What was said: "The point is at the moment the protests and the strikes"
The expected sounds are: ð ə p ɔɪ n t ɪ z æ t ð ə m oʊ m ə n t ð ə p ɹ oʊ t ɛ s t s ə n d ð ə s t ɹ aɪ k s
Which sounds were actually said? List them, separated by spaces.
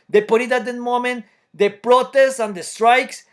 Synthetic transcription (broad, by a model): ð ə p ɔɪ t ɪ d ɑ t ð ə m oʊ m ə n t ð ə p ɹ oʊ t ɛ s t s ə n d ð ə s t ɹ aɪ k s